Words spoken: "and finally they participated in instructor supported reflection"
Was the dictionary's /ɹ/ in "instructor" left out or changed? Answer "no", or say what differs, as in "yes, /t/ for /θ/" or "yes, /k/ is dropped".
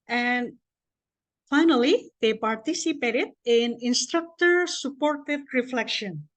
no